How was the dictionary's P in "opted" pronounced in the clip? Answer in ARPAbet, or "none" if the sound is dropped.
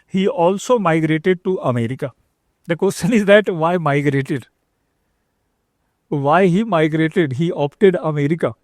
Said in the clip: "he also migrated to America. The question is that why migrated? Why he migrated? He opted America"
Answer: P